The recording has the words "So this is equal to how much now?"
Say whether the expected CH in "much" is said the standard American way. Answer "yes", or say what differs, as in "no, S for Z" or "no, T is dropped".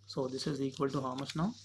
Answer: no, S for CH